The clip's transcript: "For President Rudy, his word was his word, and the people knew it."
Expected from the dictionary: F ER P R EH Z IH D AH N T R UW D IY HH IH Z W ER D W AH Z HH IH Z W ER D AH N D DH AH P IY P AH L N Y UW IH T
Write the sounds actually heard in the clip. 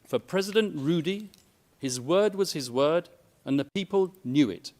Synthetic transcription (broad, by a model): F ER P R EH Z IH D AH N T R UW D IY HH IH Z W ER D W AH Z IH Z W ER D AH N DH AH P IY P AH L N Y UW IH T